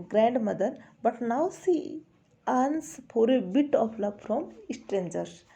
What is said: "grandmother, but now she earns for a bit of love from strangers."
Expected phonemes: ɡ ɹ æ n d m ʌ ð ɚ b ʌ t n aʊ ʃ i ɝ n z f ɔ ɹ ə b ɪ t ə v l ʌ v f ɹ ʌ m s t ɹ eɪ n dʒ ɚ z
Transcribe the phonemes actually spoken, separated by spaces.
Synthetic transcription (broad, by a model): ɡ ɹ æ n d m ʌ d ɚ b ʌ t n aʊ s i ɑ n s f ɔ ɹ ə b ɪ t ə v l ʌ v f ɹ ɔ m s t ɹ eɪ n dʒ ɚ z